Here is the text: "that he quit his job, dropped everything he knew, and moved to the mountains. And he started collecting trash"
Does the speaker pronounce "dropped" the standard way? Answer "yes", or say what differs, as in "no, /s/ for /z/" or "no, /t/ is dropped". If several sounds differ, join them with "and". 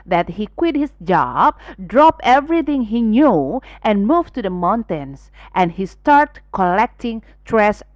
no, /t/ is dropped